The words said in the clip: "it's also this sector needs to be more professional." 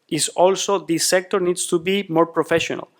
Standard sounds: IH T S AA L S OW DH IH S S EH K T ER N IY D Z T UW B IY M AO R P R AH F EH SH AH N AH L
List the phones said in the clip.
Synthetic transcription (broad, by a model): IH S AA L S OW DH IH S S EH K T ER N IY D S T UW B IY M AO R P R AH F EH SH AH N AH L